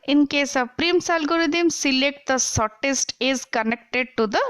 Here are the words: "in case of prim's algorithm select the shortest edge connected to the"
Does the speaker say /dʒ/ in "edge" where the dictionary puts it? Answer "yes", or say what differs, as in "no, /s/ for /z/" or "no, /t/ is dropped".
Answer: no, /z/ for /dʒ/